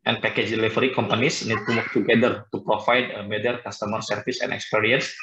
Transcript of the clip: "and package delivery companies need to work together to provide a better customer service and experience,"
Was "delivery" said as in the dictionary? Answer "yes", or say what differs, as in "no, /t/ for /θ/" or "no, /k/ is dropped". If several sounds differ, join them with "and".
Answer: no, /f/ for /v/